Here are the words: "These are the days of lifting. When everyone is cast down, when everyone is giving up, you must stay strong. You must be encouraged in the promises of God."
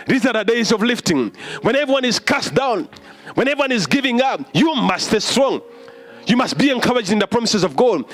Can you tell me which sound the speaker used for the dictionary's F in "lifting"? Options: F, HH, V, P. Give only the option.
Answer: F